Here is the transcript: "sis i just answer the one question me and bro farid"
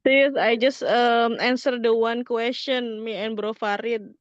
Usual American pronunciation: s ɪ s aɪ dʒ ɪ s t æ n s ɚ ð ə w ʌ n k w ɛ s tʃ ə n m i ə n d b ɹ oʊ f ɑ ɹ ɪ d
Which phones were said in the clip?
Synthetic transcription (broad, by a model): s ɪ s aɪ dʒ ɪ s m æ n s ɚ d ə w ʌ n k w ɛ s tʃ ə n m i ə n b ɹ oʊ f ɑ ɹ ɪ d